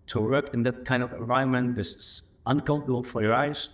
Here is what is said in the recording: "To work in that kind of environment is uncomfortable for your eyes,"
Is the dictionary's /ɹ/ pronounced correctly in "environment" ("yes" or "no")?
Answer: no